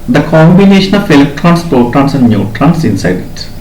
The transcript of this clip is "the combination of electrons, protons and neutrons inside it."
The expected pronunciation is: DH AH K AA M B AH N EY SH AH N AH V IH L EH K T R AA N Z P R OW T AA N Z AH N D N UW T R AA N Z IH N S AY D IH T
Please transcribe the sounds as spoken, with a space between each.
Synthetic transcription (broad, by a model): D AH K AA M B AH N EY SH AH N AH F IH L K T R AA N S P OW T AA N S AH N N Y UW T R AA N S IH N S AY D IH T